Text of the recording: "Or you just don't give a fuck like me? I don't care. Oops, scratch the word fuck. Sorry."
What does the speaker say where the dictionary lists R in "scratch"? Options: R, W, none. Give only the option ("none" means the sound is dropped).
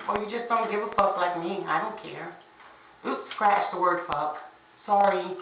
R